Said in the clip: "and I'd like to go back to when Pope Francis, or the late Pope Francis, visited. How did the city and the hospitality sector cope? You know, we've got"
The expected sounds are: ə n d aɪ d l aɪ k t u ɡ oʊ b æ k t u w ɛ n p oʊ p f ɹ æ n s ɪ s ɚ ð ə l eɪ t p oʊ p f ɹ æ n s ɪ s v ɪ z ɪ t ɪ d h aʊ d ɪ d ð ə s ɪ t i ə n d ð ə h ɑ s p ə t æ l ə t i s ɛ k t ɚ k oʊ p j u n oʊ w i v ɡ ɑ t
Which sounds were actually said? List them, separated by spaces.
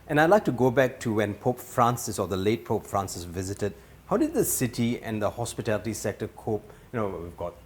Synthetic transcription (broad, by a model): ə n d aɪ d l aɪ k t u ɡ oʊ b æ k t u w ɛ n p oʊ p f ɹ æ n s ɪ s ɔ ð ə l eɪ t p oʊ p f ɹ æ n s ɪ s v ɪ z ɪ t ɪ d h aʊ d ɪ d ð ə s ɪ t i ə n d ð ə h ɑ s p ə t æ l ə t i s ɛ k t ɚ k oʊ p j u n oʊ w i v ɡ ɑ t